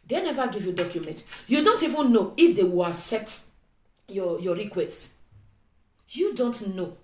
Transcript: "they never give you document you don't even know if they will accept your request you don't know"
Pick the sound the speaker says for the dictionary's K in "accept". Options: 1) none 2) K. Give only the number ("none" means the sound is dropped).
1